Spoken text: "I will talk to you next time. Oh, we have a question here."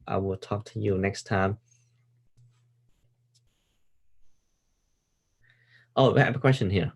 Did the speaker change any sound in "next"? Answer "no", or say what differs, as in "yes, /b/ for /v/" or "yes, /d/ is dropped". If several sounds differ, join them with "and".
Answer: no